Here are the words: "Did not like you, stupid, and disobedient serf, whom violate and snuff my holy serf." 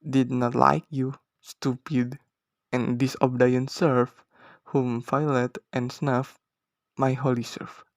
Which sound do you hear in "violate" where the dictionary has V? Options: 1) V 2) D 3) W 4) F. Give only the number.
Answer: 4